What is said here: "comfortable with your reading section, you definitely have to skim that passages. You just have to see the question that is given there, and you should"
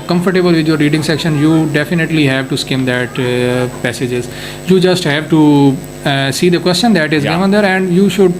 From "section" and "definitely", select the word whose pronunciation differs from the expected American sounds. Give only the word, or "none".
none